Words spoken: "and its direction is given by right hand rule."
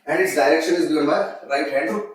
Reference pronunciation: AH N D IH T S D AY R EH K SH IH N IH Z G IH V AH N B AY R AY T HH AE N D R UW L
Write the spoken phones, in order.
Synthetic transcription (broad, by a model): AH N D IH T S D AY R EH K SH IH N IH Z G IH AH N B AY R AY T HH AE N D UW